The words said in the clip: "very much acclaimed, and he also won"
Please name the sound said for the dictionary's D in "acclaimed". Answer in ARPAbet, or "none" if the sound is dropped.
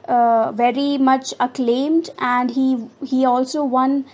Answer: D